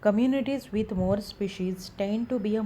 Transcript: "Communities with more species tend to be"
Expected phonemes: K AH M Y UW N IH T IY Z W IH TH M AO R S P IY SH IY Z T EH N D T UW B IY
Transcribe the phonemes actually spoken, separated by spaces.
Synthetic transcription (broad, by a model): K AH M Y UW N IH T IY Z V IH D M AO R S P IY SH IY Z T EH N D T UW B IY